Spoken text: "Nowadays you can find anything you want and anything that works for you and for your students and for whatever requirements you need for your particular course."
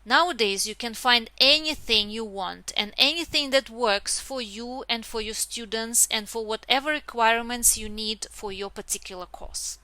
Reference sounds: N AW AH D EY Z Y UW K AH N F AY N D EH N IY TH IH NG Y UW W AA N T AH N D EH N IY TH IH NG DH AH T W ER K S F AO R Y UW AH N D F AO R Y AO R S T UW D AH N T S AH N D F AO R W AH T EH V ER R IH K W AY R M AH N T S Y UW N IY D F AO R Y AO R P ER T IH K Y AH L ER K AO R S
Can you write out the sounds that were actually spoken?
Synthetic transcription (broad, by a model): N AW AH D EY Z Y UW K AH N F AY N D EH N IY TH IH NG Y UW W AA N T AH N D EH N IY TH IH NG DH AH T W ER K S F AO R Y UW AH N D F AO R Y AO R S T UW D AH N T S AH N D F AO R W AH T EH V ER R IH K W AY R M AH N T S Y UW N IY D F AO R Y AO R P ER T IH K Y AH L ER K AO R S